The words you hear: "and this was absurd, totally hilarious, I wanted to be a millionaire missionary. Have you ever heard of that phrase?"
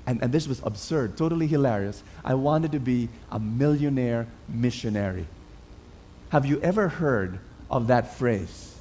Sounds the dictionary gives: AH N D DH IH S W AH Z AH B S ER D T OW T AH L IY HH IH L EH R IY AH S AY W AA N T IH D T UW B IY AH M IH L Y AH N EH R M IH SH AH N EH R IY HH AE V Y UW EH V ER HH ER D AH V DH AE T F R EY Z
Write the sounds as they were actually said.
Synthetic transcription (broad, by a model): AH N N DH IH S W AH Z AH B S ER D T OW T AH L IY HH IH L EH R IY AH S AY W AA N T IH D T UW B IY AH M IH L Y AH N EH R M IH SH AH N EH R IY HH AE V Y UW EH V ER HH ER D AH V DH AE T F R EY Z